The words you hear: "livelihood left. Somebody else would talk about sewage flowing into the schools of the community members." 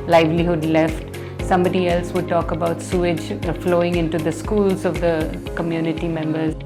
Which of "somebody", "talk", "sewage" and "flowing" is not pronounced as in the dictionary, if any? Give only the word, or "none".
none